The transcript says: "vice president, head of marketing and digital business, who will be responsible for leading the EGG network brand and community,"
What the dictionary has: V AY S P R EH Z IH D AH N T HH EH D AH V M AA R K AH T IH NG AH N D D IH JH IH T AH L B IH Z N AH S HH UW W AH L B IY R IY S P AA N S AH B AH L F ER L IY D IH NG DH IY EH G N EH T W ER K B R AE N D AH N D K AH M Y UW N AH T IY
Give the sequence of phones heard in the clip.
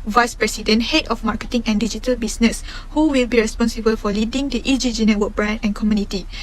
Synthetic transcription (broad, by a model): V AY S P R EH S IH D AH N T HH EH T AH F M AA K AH T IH NG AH N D D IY JH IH T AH L B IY S N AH S HH UW W AH L B IY R IY S P AA N S AH B AH L F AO L IY D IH NG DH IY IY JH N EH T W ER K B R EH N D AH N K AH M Y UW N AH T IY